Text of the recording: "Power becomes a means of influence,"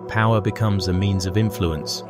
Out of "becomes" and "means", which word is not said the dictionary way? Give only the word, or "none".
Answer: none